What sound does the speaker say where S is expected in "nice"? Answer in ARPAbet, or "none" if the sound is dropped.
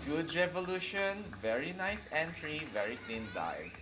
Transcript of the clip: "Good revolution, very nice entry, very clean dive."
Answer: S